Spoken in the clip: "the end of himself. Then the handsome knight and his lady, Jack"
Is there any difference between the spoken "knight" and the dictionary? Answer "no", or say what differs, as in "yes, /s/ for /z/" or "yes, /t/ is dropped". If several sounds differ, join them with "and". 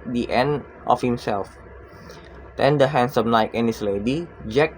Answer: yes, /l/ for /n/